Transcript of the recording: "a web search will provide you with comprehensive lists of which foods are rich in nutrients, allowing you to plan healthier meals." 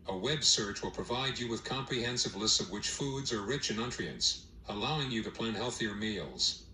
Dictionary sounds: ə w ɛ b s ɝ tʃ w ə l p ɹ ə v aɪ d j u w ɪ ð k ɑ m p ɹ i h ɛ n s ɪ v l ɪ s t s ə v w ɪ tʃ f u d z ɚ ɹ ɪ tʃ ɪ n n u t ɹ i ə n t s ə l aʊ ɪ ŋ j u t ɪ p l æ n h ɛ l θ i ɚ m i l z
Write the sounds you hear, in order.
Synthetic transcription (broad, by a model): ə w ɛ b s ɝ tʃ w ə l p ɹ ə v aɪ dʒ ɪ w ɪ ð k ɑ m p ɹ i h ɛ n s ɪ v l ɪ s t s ə v w ɪ tʃ f u d z ɚ ɹ ɪ tʃ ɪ n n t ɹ i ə n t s ə l aʊ ɪ ŋ j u t ɪ p l æ n h ɛ l θ i ɚ m i l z